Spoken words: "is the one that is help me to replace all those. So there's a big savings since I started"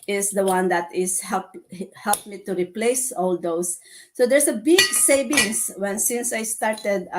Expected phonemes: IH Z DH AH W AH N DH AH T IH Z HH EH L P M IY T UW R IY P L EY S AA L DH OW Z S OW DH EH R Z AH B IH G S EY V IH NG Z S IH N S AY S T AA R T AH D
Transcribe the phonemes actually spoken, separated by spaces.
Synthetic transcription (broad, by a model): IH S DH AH W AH N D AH T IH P HH EH L P M IY T UW R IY P L EY S AA L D OW S OW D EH R S AH B IH G S EY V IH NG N S IH N S AY S T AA R T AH D